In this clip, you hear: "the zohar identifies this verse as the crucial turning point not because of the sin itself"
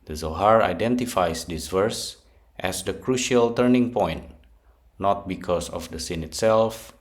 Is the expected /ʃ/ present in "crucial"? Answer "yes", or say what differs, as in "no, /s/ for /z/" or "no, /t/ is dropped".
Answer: yes